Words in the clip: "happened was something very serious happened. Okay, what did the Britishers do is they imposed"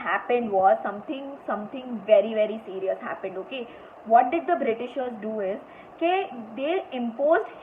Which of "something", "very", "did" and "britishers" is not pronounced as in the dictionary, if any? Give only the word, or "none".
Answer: something